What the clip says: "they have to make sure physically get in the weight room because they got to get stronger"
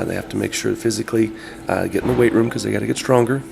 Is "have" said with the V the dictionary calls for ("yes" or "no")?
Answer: no